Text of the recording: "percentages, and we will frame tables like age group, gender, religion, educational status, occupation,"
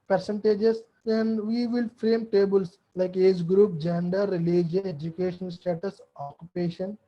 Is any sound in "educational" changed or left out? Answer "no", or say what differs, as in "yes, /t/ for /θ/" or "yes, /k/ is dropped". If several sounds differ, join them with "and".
yes, /n/ is dropped and /n/ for /l/